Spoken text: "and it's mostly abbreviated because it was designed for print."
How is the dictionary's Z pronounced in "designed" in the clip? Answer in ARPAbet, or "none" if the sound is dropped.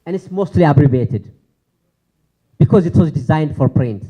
Z